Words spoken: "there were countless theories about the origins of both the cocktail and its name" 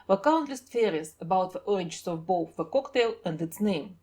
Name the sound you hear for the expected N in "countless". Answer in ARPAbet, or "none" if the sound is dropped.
N